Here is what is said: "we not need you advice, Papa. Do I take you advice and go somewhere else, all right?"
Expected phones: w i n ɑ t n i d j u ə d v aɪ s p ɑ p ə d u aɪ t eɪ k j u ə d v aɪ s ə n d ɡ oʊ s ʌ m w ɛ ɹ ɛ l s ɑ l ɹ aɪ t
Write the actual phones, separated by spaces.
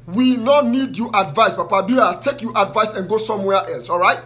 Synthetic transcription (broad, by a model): w i n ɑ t n i d j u ə d v aɪ s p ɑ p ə d u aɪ t eɪ k j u ə d v aɪ s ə n ɡ oʊ s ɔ m w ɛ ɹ ɛ l s ɑ l ɹ aɪ t